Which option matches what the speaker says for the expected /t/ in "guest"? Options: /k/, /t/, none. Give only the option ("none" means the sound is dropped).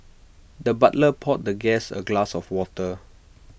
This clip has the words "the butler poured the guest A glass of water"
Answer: none